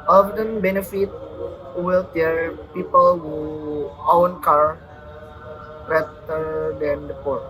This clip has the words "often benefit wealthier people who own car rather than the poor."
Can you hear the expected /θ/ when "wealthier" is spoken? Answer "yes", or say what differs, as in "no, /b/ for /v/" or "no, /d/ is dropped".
no, /t/ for /θ/